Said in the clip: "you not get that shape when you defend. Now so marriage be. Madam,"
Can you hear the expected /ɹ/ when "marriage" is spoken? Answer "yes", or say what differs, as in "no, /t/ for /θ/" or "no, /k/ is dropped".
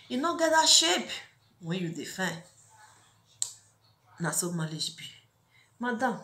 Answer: no, /l/ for /ɹ/